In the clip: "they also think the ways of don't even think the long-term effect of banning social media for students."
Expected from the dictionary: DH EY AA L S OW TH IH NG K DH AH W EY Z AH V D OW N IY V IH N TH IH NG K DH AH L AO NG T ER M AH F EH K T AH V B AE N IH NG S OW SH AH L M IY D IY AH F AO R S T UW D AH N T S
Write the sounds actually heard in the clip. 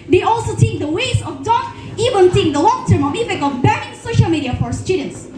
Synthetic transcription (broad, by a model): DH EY AA L S OW T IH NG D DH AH W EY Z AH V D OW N IY V IH N S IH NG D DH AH L AO NG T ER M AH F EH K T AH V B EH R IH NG S OW SH AH L M IY D IY AH F AO R S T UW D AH N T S